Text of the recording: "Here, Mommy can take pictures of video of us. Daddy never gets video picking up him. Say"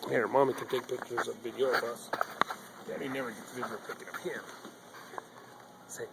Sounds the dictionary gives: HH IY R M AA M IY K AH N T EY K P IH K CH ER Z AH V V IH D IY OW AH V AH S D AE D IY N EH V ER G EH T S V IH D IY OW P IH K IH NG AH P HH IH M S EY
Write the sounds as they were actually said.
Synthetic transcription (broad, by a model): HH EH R M AA M IY K AH N T EY K P IH K CH ER Z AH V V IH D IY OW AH B AH S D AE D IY N EH V ER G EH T V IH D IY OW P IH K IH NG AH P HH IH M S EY